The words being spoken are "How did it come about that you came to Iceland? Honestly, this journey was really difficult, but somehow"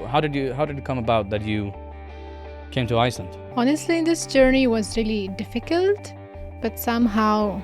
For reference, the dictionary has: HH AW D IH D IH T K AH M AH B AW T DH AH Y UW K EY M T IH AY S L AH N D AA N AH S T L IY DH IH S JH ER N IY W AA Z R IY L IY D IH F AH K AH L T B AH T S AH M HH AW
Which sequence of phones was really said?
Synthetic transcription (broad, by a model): HH AW D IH D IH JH K AH M AH B AW T DH AH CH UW K EY M T IH AY S AH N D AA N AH S T L IY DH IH S JH ER N IY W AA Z R IY L IY D IH F AH K AH L T B AH T S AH M HH AW